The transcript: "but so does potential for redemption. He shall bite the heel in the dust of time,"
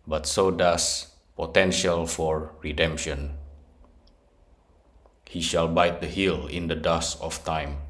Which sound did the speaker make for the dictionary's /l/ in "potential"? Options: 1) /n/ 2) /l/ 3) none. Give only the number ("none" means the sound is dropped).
2